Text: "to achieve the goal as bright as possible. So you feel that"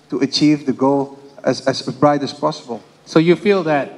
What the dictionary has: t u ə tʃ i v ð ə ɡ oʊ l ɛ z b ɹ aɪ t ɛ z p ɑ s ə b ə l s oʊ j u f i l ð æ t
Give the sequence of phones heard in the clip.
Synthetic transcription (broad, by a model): t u ə tʃ i v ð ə ɡ oʊ l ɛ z b ɹ aɪ t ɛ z p ɑ s ə b ə l s oʊ j u f i l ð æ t